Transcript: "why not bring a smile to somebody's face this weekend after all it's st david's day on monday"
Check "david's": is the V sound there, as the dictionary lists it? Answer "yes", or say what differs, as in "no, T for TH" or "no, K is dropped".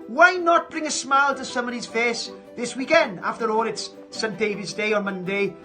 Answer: yes